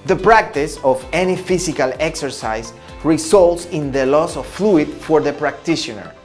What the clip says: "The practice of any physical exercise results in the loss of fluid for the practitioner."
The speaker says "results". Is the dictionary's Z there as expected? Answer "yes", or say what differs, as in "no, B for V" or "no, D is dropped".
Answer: no, S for Z